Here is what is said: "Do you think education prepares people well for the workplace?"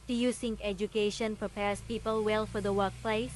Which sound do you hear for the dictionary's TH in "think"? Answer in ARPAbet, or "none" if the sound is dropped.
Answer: S